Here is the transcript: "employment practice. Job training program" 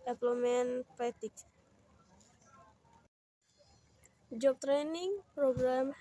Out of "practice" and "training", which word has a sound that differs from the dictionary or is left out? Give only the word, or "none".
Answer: practice